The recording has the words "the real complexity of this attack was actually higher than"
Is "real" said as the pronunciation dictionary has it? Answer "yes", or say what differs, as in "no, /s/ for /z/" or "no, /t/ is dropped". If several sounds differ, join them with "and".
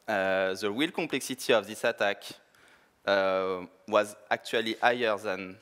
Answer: no, /w/ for /ɹ/